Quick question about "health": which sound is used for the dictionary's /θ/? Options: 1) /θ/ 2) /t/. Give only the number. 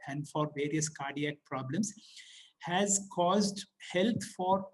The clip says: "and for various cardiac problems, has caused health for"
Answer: 2